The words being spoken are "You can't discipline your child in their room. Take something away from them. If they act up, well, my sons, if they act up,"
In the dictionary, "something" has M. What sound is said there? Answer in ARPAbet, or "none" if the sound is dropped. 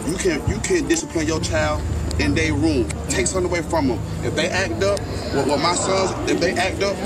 none